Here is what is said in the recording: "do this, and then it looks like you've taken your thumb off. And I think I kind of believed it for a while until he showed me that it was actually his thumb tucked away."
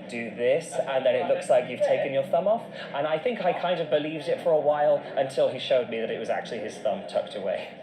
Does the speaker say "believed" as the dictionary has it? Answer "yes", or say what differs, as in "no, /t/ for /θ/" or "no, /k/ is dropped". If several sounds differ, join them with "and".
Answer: yes